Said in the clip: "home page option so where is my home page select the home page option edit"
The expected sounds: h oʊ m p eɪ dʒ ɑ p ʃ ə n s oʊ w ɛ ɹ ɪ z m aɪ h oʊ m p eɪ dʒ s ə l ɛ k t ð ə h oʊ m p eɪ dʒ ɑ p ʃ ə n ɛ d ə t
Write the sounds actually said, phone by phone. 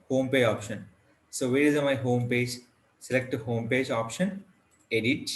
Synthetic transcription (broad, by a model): h oʊ m p eɪ ɑ p ʃ ə n s oʊ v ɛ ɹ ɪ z m aɪ h oʊ m p eɪ dʒ s ə l ɛ k t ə h oʊ m p eɪ dʒ ɑ p ʃ ə n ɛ d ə t